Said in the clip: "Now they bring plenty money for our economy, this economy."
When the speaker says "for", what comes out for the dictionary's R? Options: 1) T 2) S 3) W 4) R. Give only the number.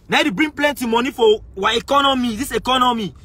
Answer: 3